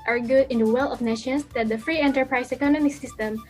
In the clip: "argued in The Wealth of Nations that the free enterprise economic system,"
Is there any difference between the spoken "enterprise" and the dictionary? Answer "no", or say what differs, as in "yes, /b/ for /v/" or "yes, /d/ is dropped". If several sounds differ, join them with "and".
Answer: yes, /s/ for /z/